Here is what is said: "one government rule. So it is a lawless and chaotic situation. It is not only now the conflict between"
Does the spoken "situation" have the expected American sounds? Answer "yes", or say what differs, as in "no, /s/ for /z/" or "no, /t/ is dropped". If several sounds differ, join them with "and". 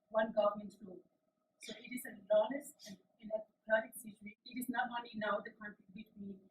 no, /n/ is dropped